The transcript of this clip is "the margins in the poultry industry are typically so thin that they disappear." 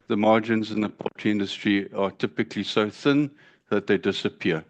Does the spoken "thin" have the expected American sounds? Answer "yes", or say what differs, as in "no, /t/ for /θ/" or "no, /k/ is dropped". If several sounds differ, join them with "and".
yes